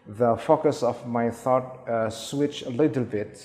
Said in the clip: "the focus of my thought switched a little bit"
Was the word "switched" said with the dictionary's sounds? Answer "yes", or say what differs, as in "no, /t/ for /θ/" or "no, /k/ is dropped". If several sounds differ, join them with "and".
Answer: no, /t/ is dropped